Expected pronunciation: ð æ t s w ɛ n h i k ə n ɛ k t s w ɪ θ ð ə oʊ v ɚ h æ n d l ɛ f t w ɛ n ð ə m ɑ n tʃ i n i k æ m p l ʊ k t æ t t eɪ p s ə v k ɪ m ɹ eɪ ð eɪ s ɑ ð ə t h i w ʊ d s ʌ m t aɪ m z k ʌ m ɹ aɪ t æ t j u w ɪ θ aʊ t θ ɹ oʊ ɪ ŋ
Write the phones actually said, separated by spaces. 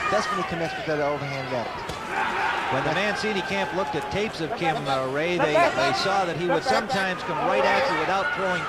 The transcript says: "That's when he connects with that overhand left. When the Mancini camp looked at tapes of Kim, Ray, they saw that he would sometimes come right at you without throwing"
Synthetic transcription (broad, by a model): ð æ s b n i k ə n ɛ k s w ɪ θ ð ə oʊ v ɚ h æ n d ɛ t w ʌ n ð ə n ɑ n s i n i k æ m p l ʊ k t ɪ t t eɪ p s ə v k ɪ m ɹ eɪ ð eɪ s ɑ ð ə t h i w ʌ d s ʌ m t aɪ m z k ʌ m ɹ aɪ t æ t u w ɪ θ aʊ t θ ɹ oʊ ɪ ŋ